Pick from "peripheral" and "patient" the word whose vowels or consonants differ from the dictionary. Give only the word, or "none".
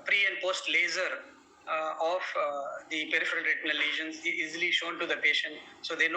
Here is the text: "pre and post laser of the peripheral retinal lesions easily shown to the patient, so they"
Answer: none